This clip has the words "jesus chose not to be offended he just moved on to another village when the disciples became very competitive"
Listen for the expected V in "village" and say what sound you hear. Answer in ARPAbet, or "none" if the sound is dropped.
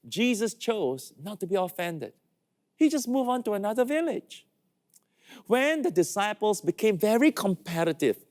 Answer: V